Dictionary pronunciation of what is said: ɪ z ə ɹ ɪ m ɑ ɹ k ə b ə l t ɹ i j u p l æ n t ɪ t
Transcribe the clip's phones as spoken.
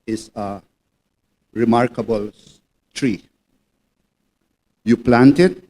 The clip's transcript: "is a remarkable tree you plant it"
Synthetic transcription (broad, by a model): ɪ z ə ɹ ɪ m ɑ ɹ k ə b ə l t ɹ i j u p l æ n t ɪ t